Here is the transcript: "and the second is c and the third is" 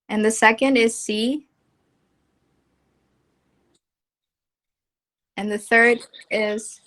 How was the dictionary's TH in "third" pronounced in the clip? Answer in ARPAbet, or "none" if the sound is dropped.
TH